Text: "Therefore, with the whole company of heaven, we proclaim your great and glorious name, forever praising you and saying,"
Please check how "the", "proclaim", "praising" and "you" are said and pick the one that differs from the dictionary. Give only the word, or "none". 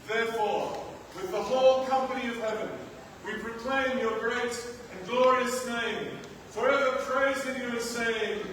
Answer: none